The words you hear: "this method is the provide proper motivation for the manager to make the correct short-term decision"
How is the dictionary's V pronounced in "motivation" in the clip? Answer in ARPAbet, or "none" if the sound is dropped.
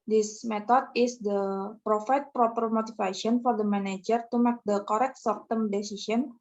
F